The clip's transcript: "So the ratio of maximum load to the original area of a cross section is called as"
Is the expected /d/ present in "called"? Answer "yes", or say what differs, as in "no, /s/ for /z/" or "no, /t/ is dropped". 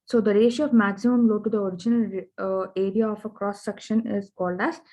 yes